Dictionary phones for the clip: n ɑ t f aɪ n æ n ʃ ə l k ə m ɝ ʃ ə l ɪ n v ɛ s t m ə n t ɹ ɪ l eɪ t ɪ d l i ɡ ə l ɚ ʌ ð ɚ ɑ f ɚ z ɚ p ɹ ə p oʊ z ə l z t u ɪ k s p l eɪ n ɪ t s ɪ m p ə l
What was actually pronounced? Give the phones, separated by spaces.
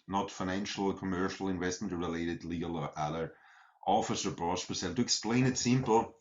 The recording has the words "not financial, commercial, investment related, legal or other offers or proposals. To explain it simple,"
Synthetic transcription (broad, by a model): n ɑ t f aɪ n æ n ʃ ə l k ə m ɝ ʃ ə l ɪ n v ɛ s t m ə n t ɹ ɪ l eɪ t ɪ d l i ɡ ə l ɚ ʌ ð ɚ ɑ f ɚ s ɚ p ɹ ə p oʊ s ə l t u ɪ k s p l eɪ n ɪ t s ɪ m p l